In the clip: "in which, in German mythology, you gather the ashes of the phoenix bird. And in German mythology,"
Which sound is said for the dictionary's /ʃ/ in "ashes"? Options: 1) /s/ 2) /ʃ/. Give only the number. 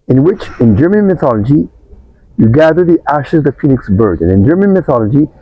2